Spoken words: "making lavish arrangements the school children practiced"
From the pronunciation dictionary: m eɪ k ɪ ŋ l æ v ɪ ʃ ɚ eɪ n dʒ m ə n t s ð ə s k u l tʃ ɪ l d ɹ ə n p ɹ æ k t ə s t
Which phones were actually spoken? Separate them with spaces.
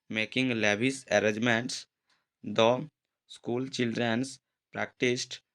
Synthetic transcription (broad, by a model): m eɪ k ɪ ŋ l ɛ b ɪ s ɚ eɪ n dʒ m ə n t s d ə s k u l tʃ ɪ l d ɹ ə n p ɹ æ k t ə s t